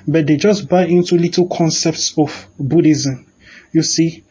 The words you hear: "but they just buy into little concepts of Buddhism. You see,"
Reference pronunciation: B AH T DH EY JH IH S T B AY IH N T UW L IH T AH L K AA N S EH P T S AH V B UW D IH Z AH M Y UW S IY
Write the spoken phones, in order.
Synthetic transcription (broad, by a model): B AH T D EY JH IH S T B AY IH N T UW L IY T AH L K AA N S EH P T S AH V B UW D IH Z AH M Y UW S IY